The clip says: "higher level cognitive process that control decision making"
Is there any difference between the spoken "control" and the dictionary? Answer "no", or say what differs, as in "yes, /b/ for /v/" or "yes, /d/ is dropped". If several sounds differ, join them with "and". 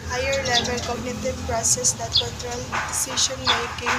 yes, /n/ is dropped